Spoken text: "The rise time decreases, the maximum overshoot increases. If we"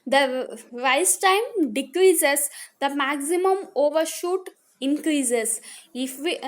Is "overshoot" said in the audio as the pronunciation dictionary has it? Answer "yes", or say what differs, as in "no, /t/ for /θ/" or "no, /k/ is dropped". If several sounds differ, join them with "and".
yes